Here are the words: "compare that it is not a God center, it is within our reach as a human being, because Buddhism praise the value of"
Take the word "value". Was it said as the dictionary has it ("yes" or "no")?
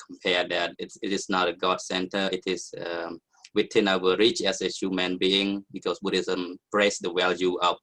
no